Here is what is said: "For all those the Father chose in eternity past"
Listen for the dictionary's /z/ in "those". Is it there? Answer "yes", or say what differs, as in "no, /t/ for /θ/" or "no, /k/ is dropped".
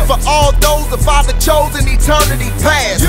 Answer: yes